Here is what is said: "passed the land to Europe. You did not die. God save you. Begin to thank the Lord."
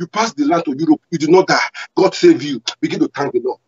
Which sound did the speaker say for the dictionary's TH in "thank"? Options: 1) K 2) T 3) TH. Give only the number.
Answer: 2